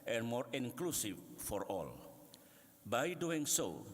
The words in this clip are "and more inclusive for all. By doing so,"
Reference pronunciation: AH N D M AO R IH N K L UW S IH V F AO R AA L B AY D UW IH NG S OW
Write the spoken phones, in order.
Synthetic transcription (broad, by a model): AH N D M AO R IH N K L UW S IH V F AO R AA L B AY D UW IH NG S OW